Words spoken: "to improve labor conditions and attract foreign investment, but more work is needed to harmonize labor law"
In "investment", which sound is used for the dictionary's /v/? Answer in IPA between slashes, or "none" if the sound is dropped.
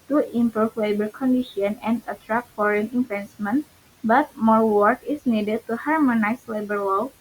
/f/